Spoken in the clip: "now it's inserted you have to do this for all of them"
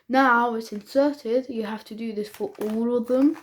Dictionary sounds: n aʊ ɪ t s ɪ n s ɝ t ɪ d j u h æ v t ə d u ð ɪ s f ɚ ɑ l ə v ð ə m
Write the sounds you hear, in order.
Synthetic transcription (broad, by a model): n aʊ ɪ t s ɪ n s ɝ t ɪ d j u h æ f t ə d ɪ ð ɪ s f ɚ ɑ l ə v ð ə m